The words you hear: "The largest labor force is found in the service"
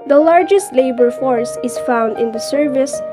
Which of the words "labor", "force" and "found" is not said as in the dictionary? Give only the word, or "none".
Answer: none